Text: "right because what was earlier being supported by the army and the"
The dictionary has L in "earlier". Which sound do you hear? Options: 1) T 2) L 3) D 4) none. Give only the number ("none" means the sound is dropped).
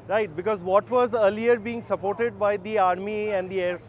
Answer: 2